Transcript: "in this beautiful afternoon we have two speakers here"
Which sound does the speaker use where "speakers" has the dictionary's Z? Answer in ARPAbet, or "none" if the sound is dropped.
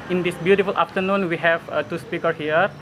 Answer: none